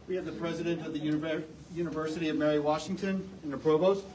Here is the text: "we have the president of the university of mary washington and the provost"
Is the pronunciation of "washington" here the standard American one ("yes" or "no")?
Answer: yes